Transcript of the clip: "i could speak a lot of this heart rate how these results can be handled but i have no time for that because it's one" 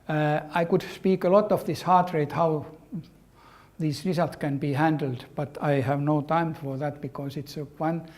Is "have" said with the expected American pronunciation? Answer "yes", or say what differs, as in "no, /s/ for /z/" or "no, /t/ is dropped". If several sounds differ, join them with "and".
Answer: yes